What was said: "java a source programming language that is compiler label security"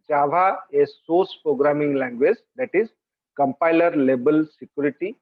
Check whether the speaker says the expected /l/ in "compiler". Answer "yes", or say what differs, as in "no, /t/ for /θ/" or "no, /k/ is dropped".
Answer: yes